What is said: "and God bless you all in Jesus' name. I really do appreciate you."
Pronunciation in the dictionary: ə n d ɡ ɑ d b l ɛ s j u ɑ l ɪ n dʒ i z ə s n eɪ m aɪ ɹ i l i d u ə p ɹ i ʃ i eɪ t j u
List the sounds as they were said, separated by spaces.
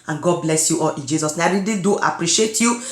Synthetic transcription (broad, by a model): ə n ɡ ɑ d b l ɛ s j u ɑ l ɪ n dʒ i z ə s n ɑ aɪ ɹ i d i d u ə p ɹ i ʃ i eɪ t j u